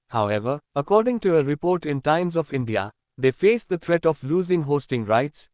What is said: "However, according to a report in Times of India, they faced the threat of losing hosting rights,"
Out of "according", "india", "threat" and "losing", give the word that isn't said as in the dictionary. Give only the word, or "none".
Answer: threat